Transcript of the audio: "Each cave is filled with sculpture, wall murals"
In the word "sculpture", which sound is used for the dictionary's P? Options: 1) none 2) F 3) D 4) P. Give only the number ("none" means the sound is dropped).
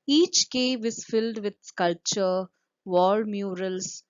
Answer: 4